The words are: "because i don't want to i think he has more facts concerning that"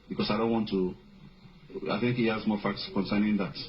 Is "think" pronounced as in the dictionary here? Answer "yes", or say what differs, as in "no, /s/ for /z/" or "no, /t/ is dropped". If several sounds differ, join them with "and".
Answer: yes